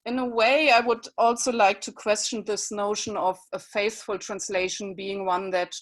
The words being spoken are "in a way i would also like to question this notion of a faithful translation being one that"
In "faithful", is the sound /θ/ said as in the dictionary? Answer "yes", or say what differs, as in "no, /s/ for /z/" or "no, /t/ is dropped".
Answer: yes